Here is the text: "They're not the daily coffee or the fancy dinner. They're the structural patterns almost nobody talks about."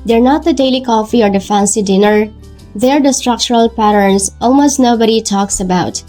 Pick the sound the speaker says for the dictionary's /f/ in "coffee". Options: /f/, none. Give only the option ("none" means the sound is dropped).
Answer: /f/